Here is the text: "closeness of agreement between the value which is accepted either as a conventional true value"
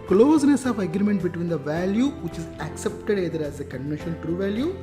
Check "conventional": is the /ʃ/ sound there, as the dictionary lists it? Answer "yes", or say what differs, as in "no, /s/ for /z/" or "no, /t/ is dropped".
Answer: no, /ʃ/ is dropped